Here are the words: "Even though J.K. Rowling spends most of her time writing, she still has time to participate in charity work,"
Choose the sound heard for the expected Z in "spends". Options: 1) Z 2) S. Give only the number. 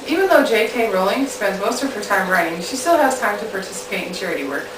1